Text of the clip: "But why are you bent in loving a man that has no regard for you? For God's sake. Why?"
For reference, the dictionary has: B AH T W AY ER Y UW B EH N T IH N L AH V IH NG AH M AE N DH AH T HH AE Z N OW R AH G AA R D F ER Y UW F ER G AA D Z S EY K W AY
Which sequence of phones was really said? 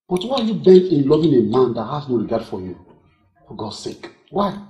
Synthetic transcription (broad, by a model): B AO T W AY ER Y UW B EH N IH N L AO V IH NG AH M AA N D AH T HH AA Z N OW R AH G AA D F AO Y UW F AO G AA S EY K W AY